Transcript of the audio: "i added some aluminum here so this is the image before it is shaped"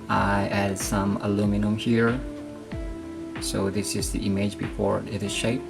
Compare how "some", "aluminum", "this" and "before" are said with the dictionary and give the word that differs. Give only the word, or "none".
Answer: none